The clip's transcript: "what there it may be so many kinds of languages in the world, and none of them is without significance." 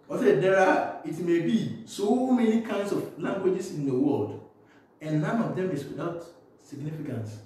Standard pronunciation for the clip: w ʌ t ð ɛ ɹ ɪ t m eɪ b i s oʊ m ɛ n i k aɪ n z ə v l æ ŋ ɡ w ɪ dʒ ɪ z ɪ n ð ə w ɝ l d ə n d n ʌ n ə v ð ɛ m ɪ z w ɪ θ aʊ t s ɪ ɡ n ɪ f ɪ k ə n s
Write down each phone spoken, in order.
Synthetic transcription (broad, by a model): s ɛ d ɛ ɹ ɪ t m eɪ b i s oʊ m ɛ n i k aɪ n s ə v l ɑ ŋ ɡ w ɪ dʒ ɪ s ɪ n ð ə w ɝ l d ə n n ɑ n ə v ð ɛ m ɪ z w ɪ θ aʊ t s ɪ ɡ n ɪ f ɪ k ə n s